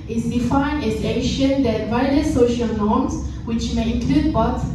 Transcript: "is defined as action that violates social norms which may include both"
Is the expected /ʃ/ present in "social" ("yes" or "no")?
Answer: yes